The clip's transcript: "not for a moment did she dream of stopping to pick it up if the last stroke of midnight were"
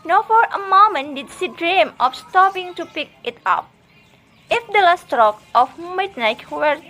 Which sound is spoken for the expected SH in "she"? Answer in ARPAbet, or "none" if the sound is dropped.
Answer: S